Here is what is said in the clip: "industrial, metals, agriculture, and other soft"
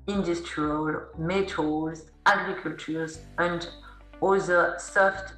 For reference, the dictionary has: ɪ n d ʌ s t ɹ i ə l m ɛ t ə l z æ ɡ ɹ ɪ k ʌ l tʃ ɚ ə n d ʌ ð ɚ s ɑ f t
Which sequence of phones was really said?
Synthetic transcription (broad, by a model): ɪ n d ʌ s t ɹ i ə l m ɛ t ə z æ ɡ ɹ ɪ k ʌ l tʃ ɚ ə n d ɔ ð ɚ s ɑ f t